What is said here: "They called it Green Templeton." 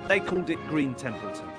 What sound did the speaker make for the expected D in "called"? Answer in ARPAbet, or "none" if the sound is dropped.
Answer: D